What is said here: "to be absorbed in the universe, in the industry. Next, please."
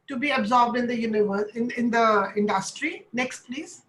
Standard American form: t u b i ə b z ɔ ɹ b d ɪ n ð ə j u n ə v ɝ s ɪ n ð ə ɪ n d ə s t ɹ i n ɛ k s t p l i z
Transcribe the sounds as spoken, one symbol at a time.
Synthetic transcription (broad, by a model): t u b i ə b z ɔ ɹ b d ɪ n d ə j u n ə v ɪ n ɪ n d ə ɪ n d ə s t ɹ i n ɛ k s t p l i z